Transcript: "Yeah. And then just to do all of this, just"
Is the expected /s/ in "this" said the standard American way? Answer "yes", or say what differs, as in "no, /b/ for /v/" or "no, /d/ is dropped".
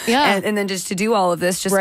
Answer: yes